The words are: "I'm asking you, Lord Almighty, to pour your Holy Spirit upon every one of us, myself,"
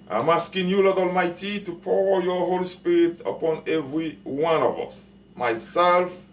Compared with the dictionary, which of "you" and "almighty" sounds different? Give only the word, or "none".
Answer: none